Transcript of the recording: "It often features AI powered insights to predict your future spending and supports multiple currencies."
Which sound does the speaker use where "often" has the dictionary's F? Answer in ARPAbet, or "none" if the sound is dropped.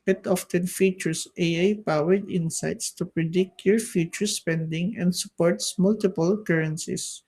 F